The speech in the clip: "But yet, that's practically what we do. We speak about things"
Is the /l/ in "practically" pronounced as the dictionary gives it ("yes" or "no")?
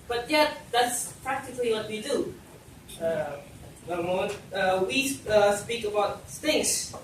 yes